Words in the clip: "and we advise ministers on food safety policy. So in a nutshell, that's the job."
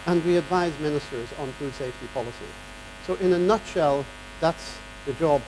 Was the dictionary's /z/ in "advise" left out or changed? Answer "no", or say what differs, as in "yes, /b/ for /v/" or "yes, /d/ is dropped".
no